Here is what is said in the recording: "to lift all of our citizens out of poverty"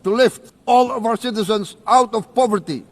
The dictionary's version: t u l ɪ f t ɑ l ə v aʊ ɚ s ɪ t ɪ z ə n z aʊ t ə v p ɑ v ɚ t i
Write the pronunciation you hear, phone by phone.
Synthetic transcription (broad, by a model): t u l ɪ f t ɑ l ə v aʊ ɚ s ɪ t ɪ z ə n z aʊ t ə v p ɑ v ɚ t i